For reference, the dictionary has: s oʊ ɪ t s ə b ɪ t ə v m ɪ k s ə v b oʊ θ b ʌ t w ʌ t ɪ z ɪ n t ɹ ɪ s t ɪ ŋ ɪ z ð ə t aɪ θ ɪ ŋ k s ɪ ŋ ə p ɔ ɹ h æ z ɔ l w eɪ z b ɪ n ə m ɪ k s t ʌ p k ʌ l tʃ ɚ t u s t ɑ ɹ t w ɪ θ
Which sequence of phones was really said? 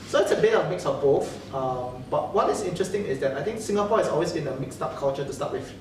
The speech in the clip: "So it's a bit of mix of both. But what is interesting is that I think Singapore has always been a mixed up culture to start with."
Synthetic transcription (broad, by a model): s oʊ ɪ t s ə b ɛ ə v m ɪ k s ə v b oʊ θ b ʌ t w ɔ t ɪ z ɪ n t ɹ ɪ s t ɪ ŋ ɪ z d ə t aɪ t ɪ ŋ k s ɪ ŋ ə p ɔ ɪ s ɔ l w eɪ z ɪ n ə m ɪ k s t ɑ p k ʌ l tʃ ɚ t u s t ɑ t w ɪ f